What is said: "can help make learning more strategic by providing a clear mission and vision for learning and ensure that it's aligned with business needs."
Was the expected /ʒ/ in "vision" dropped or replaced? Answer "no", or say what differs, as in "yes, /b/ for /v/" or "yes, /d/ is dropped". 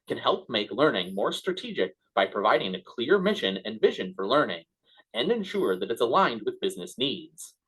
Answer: no